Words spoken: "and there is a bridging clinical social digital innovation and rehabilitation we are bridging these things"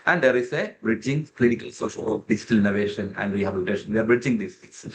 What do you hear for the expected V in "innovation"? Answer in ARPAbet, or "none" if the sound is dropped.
V